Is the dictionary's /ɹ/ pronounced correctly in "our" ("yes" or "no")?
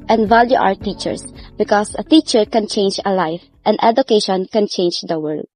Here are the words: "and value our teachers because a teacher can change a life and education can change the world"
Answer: no